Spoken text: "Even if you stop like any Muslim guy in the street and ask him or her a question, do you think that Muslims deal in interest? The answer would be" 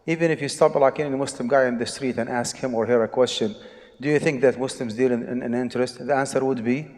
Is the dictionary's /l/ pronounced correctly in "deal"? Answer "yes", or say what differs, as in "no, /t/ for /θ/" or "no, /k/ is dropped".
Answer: no, /n/ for /l/